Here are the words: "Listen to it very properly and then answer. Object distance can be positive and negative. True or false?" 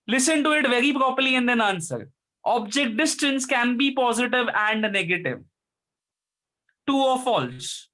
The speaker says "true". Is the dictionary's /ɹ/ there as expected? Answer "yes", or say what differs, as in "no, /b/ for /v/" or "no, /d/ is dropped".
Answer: no, /ɹ/ is dropped